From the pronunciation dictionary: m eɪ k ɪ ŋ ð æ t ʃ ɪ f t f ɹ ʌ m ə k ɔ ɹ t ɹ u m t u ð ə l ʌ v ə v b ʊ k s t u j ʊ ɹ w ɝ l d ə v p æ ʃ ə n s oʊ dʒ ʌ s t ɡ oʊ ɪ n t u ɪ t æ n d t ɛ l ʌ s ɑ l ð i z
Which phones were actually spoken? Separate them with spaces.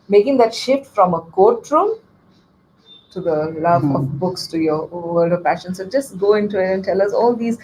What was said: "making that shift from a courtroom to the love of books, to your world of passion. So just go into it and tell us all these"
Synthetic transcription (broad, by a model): m eɪ k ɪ ŋ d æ t ʃ ɪ f t f ɹ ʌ m ə k ɔ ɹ t ɹ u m t u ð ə l ʌ v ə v b ʊ k s t u j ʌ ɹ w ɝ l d ə v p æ ʃ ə n s oʊ dʒ ʌ s t ɡ oʊ ɪ n t u ɪ t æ n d t ɛ l ʌ s ɑ l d i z